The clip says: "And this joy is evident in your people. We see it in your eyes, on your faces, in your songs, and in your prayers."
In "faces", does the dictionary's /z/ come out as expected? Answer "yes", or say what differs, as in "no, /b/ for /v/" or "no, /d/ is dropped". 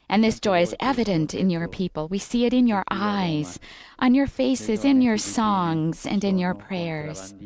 yes